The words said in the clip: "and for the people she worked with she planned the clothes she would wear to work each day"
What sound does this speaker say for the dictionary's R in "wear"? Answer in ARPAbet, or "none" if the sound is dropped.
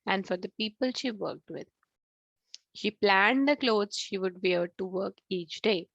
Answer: L